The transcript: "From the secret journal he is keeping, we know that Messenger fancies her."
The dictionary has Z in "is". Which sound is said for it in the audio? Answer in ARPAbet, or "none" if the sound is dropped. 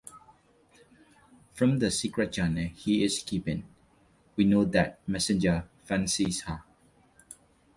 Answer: S